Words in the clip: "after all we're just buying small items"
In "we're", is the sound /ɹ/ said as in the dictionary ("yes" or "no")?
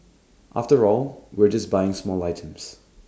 yes